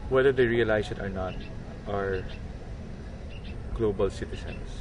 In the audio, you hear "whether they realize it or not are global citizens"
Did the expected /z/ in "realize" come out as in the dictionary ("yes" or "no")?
no